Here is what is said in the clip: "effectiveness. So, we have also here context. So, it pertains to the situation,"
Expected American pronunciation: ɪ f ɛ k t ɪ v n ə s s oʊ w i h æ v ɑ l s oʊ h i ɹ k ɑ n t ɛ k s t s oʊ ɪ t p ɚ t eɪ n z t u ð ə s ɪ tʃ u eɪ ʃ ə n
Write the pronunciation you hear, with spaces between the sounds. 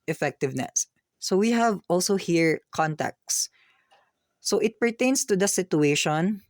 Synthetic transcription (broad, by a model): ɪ f ɛ k t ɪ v n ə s s oʊ w i h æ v ɑ l s oʊ h i ɹ k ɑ n t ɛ k t s oʊ ɪ t p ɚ t eɪ n s t u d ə s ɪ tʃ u eɪ ʃ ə n